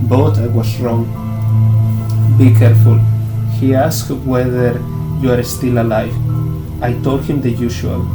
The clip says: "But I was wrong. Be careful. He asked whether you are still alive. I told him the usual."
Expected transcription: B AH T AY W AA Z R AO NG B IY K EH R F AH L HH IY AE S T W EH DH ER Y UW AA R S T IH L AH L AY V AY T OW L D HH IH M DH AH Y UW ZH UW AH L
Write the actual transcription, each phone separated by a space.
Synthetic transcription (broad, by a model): B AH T AY W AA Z R AO NG B IY K EH R F AH L HH IY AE S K W EH DH ER Y UW AA R S T IH L AH L AY V AY T OW L D HH IH M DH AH Y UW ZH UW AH L